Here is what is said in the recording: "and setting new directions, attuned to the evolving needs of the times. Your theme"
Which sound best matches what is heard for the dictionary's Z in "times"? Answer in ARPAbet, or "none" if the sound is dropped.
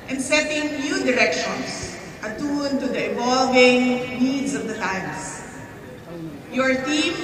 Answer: S